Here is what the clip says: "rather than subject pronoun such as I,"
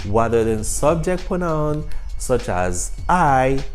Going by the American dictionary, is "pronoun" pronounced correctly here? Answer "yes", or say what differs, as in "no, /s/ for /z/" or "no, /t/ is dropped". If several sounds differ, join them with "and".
no, /ɹ/ is dropped